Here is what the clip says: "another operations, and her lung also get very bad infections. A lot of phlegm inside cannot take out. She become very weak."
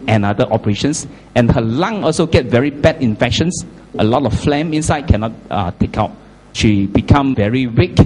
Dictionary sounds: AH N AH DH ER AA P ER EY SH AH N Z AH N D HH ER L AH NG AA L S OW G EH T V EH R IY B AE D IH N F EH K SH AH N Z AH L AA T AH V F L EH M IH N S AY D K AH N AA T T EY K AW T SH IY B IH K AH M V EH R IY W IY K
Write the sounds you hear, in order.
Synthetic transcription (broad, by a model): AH N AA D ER AA P ER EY SH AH N S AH N HH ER L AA NG AA L S OW G EH T V EH R IY B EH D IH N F EH K SH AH N S AH L AA T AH F F L EH M IH N S AY D K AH N AA T T EY K AW T SH IY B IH K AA M V EH R IY W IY K